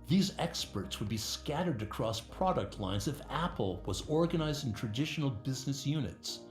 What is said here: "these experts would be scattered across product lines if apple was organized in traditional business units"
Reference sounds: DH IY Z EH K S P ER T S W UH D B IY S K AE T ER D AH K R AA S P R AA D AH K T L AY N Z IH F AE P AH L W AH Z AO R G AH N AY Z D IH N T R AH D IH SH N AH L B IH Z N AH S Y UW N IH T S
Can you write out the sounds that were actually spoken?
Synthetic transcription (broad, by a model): DH IY Z EH K S P ER T S W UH D B IY S K AE T ER D AH K R AA S P R AA D AH K T L AY N Z IH F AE P L W AH Z AO R G AH N AY Z D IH N T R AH D IH SH N L B IH Z N AH S Y UW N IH T S